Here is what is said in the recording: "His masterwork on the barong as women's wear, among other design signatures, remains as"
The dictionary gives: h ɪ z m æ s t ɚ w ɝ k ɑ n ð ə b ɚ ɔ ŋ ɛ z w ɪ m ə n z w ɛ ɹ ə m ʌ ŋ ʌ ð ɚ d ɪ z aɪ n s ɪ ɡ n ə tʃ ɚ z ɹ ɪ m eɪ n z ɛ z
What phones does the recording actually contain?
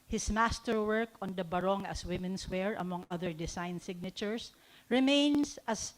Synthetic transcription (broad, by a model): h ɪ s m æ s t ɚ w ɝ k ɑ n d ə b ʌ ɔ ŋ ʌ s w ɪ m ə n s w ɛ ɹ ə m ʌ ŋ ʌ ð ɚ d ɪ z aɪ n s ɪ ɡ n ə tʃ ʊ s ɹ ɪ m eɪ n s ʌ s